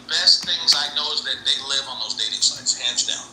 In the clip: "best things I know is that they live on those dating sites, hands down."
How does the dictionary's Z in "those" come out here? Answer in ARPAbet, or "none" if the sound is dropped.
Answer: Z